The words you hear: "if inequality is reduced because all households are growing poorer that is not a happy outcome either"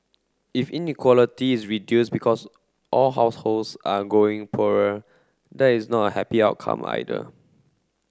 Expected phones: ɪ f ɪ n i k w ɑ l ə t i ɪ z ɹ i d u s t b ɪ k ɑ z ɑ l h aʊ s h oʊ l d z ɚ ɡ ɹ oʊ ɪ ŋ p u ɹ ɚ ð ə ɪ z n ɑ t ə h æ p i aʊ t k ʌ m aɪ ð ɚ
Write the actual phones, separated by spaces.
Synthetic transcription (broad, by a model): ɪ f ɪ n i k w ɑ l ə t i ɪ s ɹ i d u s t b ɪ k ɑ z ɑ l h aʊ s h oʊ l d s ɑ ɡ oʊ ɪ ŋ p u ɹ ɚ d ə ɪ s n ɑ t ə h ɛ p i aʊ t k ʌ m aɪ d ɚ